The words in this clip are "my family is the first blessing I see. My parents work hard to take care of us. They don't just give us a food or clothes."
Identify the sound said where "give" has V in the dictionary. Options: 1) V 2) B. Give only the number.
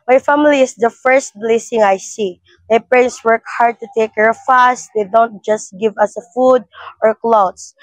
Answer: 1